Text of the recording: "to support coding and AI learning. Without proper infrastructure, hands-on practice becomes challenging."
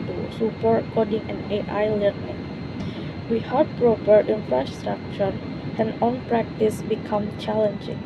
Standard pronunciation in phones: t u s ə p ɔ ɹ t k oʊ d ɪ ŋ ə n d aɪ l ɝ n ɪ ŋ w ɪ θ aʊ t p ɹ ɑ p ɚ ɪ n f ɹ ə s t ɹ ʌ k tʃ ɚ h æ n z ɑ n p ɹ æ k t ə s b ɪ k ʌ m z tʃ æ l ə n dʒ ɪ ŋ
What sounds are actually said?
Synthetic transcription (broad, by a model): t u s ə p ɔ ɹ t k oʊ d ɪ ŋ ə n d aɪ l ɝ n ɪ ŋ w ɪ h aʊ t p ɹ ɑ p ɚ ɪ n f ɹ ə s t ɹ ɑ k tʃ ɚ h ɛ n ɑ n p ɹ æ k t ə s b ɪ k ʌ m tʃ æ l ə n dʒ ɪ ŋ